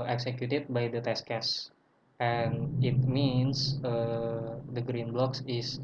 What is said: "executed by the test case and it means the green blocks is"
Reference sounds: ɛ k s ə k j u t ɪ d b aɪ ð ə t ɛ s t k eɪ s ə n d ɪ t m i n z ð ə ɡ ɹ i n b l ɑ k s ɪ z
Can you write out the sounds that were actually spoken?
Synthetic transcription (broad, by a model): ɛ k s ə k j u t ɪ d b aɪ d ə t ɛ s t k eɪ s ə n ɪ t m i n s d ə ɡ ɹ i n b l ɑ k s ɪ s